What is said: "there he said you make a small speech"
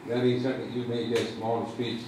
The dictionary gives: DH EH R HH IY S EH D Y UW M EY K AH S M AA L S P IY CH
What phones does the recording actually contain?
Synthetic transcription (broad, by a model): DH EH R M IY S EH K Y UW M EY AH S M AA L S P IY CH